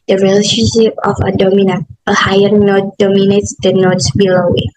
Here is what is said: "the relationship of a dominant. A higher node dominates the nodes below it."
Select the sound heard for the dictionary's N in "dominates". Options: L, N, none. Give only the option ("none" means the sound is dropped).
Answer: N